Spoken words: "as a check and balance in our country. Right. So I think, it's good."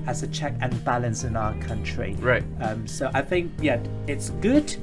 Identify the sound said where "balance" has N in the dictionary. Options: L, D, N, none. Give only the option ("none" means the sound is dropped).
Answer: N